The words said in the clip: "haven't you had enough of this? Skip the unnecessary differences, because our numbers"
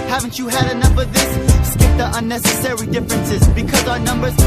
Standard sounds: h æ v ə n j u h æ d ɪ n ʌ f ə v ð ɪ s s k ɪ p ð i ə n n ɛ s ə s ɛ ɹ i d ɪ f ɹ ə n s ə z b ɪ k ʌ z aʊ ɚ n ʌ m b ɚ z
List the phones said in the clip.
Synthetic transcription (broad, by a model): h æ v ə n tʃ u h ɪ d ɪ n ʌ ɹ ə v ð ɪ s s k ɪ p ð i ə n n ɛ s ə s ɛ ɹ i d ɪ f ɹ ə n s ə z b ɪ k ʌ z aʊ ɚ n ʌ m b ɚ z